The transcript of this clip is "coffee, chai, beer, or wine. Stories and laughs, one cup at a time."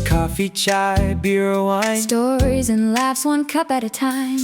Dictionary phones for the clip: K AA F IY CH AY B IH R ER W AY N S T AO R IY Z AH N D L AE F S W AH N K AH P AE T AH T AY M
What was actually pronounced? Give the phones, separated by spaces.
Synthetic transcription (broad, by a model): K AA F IY CH AY B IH R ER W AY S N T AO R IY Z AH N L AE F S W AH N K AH P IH T AH T AY M